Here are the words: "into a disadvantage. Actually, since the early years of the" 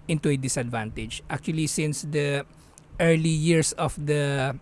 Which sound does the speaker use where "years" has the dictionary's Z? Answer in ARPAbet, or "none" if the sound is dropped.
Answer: S